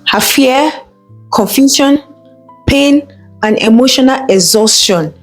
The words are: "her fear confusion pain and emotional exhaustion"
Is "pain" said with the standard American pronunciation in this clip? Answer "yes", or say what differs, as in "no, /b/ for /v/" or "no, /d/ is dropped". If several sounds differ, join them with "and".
yes